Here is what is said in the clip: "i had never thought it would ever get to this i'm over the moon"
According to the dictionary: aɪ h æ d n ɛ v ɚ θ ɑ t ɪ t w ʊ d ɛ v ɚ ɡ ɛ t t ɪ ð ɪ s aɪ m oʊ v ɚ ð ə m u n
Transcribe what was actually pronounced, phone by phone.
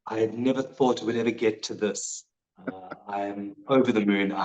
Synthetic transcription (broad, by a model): aɪ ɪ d n ɛ v ɚ θ ɑ t ɪ t w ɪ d ɛ v ɚ ɡ ɛ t t ɪ ð ɪ s aɪ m oʊ v ɚ ð ə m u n